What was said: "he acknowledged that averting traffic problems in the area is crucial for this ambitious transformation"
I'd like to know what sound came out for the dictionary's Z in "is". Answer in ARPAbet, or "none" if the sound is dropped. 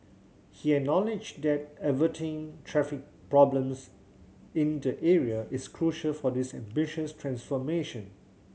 S